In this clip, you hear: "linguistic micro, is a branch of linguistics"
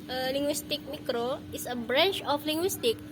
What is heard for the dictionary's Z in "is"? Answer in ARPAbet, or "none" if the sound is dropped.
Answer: S